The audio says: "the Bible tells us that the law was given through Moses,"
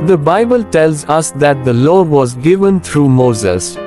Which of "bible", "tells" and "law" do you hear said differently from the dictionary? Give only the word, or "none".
none